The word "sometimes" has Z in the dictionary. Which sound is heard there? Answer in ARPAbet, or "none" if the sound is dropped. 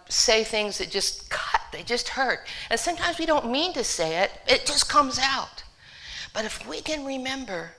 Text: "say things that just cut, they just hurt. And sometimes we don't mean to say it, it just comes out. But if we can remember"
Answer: Z